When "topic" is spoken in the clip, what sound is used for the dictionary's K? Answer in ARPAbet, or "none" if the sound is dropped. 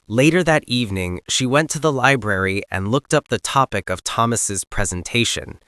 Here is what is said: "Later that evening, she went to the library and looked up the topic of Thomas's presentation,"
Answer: K